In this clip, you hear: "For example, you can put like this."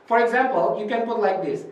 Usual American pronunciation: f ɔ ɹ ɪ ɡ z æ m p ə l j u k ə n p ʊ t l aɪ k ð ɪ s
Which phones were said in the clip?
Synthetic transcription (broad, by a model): f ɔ ɹ ɪ ɡ z æ m p ə l j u k ə n p ʊ t l aɪ k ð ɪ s